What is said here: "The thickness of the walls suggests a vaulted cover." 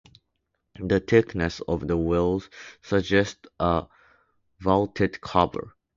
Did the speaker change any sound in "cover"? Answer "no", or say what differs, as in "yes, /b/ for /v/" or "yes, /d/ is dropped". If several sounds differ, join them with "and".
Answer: yes, /b/ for /v/